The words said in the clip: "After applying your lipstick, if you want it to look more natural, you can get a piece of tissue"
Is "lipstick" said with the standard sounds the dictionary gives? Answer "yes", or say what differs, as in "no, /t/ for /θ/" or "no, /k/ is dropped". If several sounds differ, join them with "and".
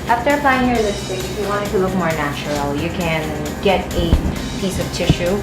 no, /p/ is dropped